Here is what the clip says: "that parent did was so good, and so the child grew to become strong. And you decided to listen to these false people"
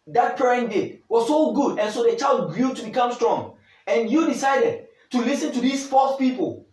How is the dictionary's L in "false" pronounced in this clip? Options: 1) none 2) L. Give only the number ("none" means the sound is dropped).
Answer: 1